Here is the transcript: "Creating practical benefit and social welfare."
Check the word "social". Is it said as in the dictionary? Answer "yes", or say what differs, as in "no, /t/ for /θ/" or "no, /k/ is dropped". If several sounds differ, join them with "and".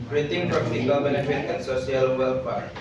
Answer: no, /s/ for /ʃ/